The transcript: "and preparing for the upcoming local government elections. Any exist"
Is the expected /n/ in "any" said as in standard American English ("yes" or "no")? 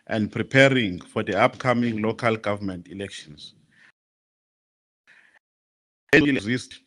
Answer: no